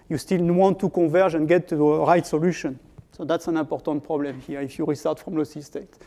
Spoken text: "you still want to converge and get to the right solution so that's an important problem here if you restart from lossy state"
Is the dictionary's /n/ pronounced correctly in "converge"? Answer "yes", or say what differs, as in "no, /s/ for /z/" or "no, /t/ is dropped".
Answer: no, /n/ is dropped